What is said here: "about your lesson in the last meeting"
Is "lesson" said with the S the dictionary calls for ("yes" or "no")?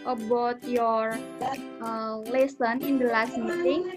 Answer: yes